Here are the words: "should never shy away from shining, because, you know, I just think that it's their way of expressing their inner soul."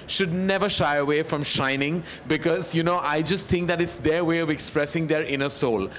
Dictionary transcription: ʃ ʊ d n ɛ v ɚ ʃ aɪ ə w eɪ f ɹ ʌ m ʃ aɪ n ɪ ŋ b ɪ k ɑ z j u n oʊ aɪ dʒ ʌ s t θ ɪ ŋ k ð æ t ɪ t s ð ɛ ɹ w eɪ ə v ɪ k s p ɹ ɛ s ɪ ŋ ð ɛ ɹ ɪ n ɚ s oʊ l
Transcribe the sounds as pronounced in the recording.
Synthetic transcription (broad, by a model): ʃ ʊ d n ɛ v ɚ ʃ aɪ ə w eɪ f ɹ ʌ m ʃ aɪ n ɪ ŋ b ɪ k ɑ z j u n oʊ aɪ dʒ ʌ s t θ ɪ ŋ k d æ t ɪ t s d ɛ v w eɪ ə v ɪ k s p ɹ ɛ s ɪ ŋ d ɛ ɹ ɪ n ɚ s oʊ l